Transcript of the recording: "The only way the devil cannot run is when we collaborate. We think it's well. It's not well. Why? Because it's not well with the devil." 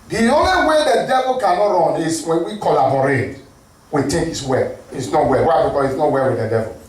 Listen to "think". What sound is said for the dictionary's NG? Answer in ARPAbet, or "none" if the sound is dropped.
none